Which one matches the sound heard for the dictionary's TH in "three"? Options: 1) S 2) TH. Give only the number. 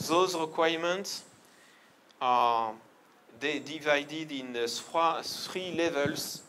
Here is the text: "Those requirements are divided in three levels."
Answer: 1